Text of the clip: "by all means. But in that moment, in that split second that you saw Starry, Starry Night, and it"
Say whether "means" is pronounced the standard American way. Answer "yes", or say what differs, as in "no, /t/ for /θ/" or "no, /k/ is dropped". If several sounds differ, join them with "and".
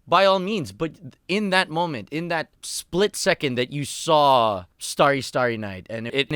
yes